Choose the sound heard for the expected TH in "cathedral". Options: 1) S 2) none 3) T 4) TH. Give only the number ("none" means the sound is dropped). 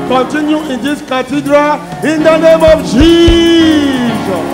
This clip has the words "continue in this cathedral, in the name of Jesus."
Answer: 3